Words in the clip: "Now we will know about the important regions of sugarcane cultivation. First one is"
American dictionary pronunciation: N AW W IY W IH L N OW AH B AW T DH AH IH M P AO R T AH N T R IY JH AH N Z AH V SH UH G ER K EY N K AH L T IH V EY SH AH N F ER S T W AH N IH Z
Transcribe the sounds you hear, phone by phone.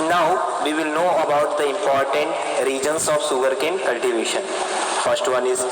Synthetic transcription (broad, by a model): N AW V IY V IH L N OW AH B AW T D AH IH M P AO R T AH N T R IY JH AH N S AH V S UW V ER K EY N K AH L T IH V EY SH AH N F ER S T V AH N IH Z